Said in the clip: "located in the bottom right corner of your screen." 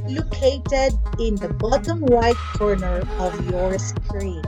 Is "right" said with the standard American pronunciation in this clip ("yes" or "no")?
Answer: no